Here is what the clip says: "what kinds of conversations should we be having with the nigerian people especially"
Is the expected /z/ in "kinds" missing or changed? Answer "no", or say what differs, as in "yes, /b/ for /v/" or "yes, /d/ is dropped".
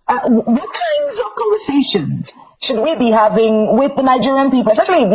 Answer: no